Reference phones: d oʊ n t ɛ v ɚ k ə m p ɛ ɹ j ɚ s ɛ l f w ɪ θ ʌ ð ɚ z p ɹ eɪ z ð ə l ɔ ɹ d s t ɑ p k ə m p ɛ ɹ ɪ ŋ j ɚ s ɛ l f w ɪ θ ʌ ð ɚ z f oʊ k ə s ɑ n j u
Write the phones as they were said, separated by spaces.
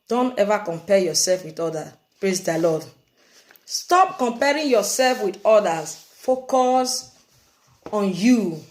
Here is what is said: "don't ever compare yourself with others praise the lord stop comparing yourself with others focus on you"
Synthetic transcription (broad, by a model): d oʊ n t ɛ v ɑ k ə m p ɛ j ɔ s ɛ l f w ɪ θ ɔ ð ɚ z p ɹ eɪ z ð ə l ɔ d s t ɑ p k ə m p ɛ ɹ ɪ ŋ j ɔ s ɛ l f w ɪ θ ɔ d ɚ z f oʊ k ə s ɑ n j u